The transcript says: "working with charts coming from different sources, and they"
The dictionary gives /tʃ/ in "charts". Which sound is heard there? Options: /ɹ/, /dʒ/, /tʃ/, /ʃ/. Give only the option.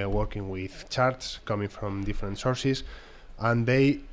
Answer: /tʃ/